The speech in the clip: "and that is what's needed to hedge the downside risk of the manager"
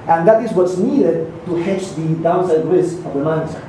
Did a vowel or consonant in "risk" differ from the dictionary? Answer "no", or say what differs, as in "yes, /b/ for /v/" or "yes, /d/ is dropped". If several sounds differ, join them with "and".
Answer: yes, /k/ is dropped